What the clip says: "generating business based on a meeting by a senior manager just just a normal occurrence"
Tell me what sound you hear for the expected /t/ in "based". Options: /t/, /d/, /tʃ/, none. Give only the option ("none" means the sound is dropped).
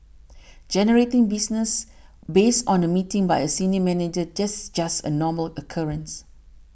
/t/